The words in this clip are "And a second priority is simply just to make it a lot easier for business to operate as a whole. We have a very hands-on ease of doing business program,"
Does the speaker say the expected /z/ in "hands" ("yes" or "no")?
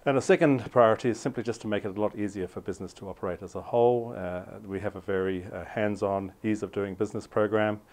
yes